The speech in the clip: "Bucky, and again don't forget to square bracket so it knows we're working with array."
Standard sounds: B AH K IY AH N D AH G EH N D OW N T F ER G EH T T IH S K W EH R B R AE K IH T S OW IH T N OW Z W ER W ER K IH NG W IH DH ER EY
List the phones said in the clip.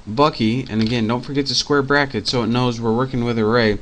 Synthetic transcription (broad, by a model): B AH K IY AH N AH G EH N D OW N T F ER G EH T T IH S K W EH R B R AE K IH T S OW IH T N OW Z W ER W ER K IH NG W IH DH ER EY